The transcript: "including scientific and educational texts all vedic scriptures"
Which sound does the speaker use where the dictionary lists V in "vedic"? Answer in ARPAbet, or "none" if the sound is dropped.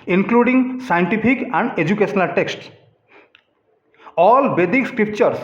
B